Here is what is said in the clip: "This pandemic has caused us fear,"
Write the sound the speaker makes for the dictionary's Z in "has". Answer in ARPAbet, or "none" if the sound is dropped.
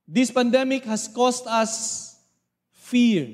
S